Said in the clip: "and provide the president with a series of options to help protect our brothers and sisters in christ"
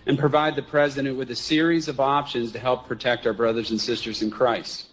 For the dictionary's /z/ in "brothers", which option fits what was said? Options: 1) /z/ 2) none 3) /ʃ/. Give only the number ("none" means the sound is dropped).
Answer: 1